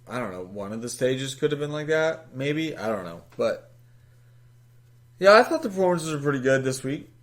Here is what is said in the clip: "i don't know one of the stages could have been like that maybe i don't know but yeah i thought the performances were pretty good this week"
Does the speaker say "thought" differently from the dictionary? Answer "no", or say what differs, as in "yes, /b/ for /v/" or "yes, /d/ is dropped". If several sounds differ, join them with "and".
no